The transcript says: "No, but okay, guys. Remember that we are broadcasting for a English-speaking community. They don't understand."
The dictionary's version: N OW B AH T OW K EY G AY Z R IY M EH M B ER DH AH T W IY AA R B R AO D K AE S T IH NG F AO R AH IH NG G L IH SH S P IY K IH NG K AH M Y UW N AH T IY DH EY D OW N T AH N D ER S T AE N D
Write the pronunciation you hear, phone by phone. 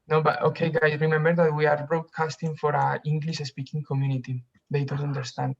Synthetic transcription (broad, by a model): N OW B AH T OW K EY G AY R IY M EH M B ER DH AH T W IY AA R B R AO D K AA S T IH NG F AO R AH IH NG G L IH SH S P IY K IH NG K AH M Y UW N AH T IY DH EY D OW N T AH N D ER S T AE N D